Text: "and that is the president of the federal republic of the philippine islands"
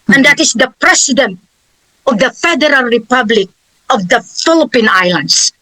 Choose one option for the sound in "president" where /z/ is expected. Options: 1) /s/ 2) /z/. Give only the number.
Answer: 1